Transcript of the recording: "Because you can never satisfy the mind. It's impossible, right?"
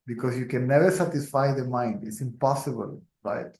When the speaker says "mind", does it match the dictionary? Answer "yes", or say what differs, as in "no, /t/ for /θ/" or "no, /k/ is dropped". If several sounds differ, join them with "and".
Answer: yes